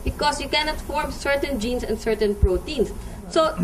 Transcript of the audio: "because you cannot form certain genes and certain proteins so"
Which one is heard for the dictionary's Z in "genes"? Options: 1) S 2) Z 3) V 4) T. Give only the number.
1